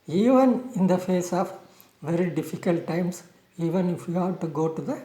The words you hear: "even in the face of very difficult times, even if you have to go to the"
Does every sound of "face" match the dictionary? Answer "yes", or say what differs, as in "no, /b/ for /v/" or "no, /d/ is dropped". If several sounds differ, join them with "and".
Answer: yes